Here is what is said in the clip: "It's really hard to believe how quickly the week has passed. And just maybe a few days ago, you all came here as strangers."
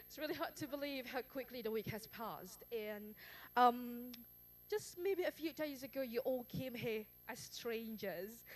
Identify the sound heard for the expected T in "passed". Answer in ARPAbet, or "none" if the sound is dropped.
T